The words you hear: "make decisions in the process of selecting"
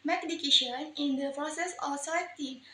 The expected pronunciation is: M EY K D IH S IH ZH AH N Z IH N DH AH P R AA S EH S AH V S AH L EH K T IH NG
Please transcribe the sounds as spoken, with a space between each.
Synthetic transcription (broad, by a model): M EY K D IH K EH SH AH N IH N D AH P R AA S EH S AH F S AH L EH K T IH